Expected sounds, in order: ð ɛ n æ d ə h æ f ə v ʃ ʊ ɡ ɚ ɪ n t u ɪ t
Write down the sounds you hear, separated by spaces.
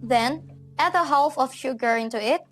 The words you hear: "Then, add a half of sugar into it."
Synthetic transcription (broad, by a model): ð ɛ n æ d ə h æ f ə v ʃ ʊ ɡ ɚ ɪ n t u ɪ t